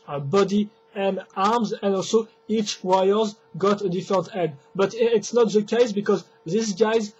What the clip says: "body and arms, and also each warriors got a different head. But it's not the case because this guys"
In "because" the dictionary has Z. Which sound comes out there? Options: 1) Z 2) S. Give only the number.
1